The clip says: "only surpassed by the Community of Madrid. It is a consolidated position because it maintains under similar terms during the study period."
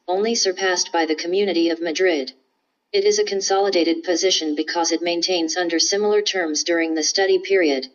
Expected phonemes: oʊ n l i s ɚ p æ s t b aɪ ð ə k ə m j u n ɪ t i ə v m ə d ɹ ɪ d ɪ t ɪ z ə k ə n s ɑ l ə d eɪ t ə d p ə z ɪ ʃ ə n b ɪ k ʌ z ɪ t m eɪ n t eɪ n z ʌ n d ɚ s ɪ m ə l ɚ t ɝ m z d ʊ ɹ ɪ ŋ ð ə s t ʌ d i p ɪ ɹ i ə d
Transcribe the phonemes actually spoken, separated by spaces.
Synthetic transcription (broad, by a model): oʊ n l i s ɚ p æ s t b aɪ ð ə k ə m j u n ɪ t i ə v m ə d ɹ ɪ d ɪ t ɪ z ə k ə n s ɑ l ə d eɪ t ə d p ə z ɪ ʃ ə n b ɪ k ʌ z ɪ t m eɪ n t eɪ n z ʌ n d ɚ s ɪ m l ɚ t ɝ m z d ʊ ɹ ɪ ŋ ð ə s t ʌ d i p ɪ ɹ i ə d